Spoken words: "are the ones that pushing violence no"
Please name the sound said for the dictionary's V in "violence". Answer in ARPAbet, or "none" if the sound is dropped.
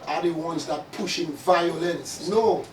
V